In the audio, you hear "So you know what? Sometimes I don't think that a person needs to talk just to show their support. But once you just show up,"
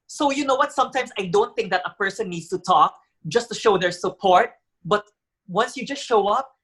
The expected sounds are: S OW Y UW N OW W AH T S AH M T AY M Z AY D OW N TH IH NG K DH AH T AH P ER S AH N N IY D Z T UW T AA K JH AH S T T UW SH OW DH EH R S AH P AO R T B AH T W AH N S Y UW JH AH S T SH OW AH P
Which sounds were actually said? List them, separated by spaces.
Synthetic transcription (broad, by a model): S OW Y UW N OW W AH T S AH M T AY M S AY D OW N TH IH NG K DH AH T AH P ER S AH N N IY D S T UW T AA K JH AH S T T UW SH OW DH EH R S AH P AO R T B AH T W AH N S Y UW JH AH S T SH OW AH P